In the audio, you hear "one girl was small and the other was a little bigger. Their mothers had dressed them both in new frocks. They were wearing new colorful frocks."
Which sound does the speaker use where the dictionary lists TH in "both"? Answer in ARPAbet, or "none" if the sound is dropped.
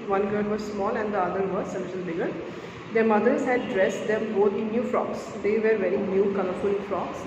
T